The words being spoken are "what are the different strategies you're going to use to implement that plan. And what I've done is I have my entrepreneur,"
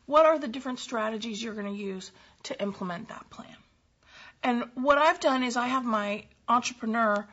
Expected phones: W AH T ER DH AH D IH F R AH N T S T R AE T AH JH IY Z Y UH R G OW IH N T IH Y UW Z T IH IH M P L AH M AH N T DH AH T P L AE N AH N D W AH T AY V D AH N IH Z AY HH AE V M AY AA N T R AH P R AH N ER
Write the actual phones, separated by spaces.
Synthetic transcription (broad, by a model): W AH T ER DH AH D IH F R AH N T S T R AE T AH JH IY Z Y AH R G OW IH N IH Y UW Z T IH IH M P L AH M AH N DH AH T P L AE N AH N W AH T AY V D AH N IH Z AY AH V M AY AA N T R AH P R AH N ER